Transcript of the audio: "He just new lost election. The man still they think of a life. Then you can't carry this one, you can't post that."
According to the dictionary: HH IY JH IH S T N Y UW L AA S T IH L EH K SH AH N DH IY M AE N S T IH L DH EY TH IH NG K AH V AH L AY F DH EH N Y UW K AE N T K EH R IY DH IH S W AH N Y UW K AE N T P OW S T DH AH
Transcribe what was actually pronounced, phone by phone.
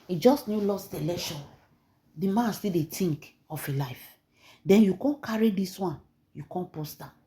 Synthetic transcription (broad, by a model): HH IY JH IH S T N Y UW L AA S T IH L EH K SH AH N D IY M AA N S T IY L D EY T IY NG K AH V AH L AY F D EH N Y UW K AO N K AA R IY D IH S W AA N Y UW K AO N P OW S T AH